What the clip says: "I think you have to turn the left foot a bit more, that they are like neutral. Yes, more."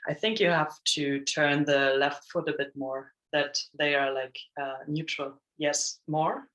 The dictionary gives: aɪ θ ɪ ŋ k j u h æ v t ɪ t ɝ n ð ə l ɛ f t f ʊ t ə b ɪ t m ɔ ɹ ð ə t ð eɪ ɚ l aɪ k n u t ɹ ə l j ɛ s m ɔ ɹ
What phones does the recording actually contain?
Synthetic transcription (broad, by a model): aɪ θ ɪ ŋ k j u h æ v t ɪ t ɝ n ð ə l ɛ f t f ʊ t ə b ɪ t m ɔ ɹ ð ə t ð eɪ ɚ l aɪ k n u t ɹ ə l j ɛ s m ɔ ɹ